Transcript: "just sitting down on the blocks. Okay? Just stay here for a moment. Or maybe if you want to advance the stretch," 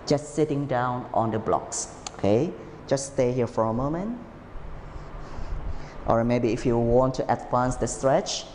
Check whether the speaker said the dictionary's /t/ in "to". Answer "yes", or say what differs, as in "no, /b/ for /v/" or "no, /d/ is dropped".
yes